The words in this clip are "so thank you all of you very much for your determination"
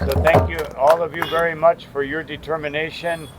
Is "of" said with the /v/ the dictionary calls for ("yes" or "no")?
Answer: yes